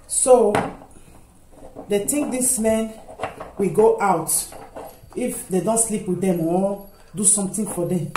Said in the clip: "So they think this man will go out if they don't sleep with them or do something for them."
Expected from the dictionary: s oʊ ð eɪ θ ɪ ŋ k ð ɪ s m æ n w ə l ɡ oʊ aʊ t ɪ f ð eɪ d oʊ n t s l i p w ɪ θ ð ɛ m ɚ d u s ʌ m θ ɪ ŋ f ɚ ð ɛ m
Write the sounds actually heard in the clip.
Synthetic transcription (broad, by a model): s oʊ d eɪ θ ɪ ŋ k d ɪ s m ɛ n w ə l ɡ oʊ aʊ t ɪ f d eɪ d oʊ n t s l i p w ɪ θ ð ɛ m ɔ d u s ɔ m t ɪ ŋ f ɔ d ɛ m